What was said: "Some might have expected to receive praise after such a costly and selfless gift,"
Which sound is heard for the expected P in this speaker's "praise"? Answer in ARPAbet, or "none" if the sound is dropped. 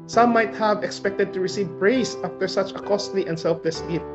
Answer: B